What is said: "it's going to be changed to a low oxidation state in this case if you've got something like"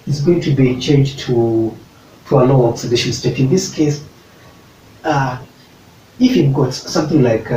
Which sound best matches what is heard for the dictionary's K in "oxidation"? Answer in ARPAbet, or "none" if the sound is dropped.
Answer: none